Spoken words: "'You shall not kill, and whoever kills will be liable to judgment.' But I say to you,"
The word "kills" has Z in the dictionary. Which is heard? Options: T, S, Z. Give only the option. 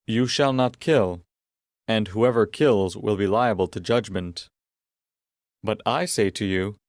Z